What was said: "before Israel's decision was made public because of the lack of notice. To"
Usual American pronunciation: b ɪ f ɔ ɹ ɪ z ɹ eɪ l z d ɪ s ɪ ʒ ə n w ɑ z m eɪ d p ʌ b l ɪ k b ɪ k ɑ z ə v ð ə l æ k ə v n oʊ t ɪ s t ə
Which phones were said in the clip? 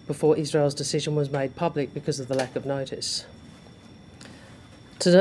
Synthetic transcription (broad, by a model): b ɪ f ɔ ɹ ɪ z ɹ eɪ l z d ɪ s ɪ ʒ ə n w ɑ z m eɪ d p ʌ b l ɪ k b ɪ k ɑ z ə v ð ə l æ k ə v n oʊ t ɪ s t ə